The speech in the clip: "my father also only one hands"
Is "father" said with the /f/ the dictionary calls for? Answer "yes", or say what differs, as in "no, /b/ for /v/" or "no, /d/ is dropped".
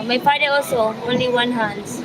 no, /p/ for /f/